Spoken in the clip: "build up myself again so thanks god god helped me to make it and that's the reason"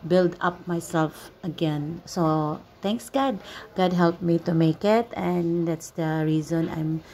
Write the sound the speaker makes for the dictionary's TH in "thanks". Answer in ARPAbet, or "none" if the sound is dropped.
T